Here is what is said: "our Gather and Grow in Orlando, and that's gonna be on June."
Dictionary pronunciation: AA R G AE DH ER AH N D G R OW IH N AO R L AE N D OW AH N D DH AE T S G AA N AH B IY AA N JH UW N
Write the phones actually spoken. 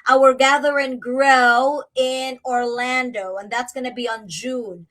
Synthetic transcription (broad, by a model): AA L G AE DH ER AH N G R OW IH N AO R L AE N D OW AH N DH AE T S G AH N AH B IY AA N JH UW N